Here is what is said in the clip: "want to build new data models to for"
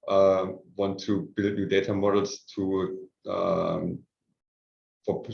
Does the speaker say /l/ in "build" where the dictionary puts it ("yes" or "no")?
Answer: yes